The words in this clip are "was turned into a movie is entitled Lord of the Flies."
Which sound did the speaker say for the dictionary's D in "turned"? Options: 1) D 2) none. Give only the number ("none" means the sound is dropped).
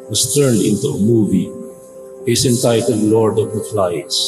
1